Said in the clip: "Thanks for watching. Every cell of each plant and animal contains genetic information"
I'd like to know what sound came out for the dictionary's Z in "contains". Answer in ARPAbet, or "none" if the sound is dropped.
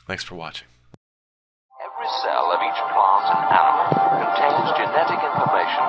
Z